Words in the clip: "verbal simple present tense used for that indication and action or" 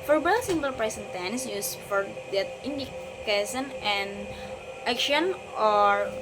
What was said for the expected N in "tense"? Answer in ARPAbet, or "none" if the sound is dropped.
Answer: N